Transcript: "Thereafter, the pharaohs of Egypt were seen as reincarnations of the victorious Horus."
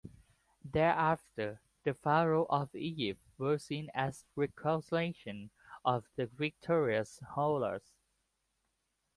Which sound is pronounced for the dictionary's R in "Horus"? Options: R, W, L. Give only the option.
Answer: L